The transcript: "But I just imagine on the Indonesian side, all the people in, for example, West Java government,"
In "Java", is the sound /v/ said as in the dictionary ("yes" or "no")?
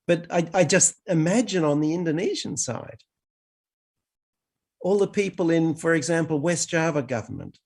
yes